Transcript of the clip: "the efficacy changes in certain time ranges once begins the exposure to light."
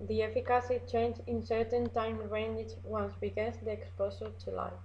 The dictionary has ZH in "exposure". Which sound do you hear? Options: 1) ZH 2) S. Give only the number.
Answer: 2